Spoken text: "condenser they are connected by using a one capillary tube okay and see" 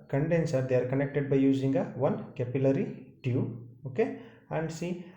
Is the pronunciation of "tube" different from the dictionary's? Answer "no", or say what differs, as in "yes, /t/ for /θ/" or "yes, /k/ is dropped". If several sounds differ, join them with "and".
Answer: yes, /b/ is dropped